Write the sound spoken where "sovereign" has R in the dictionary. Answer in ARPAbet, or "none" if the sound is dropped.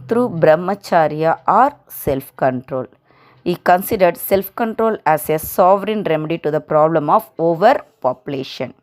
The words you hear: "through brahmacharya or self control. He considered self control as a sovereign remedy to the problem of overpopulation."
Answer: R